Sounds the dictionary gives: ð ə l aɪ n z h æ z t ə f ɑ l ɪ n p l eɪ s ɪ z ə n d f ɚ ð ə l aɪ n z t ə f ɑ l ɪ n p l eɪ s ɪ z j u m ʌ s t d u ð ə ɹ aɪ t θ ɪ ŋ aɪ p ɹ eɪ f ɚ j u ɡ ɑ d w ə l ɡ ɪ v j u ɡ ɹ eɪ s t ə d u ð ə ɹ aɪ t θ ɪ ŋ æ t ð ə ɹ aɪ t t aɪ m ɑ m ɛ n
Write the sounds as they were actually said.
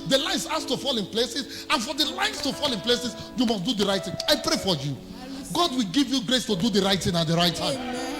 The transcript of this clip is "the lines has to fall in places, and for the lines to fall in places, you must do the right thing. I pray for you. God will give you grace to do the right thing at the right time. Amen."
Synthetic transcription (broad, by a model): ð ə l aɪ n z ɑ s t ə f ɑ l ɪ n p l eɪ s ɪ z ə n f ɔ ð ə l aɪ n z t ə f ɑ l ɪ n p l eɪ s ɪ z j u m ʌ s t d u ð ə ɹ aɪ t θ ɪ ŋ aɪ p ɹ eɪ f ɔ j u ɡ ɑ d w ə l ɡ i v j u ɡ ɹ eɪ s t ə d u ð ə ɹ aɪ t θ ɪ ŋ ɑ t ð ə ɹ aɪ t t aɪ ɑ m